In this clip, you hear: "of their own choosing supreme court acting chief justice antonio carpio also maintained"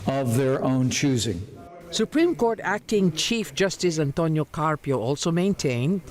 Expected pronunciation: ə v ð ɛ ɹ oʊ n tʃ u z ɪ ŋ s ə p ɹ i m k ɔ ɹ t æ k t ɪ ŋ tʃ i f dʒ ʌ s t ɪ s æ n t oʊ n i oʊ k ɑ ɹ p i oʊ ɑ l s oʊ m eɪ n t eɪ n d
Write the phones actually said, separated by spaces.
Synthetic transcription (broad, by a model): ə v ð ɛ ɹ oʊ n tʃ u z ɪ ŋ s ə p ɹ i m k ɔ ɹ t æ k t ɪ ŋ tʃ i f dʒ ʌ s t ɪ s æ n t oʊ n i oʊ k ɑ ɹ p i oʊ ɑ l s oʊ m eɪ n t eɪ n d